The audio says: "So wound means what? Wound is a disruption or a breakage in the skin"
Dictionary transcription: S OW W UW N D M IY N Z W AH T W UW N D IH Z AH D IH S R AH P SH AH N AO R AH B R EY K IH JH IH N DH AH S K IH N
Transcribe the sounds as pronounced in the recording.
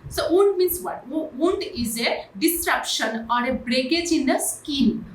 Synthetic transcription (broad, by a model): S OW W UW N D M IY N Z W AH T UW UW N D IH Z AH D IH S R AH P SH AH N AO R AH B R EY K IH JH IH N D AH S K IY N